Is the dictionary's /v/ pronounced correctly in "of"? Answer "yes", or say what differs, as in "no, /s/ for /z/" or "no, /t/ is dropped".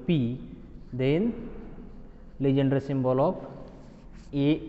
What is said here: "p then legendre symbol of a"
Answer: no, /p/ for /v/